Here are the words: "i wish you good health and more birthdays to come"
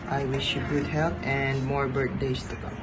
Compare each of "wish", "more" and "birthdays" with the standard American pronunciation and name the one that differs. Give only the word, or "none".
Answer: birthdays